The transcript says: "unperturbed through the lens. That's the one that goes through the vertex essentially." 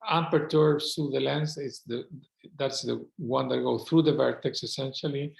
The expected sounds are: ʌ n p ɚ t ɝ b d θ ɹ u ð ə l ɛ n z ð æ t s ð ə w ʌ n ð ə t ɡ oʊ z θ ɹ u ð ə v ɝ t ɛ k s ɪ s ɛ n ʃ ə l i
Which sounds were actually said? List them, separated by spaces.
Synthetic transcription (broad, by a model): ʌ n p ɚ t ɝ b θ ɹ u ð ə l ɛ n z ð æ t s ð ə w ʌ n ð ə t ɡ oʊ θ ɹ u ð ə v ɝ t ɛ k s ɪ s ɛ n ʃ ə l i